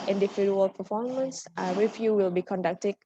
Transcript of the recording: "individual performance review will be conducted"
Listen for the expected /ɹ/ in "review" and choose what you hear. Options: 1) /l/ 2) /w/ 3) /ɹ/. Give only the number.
2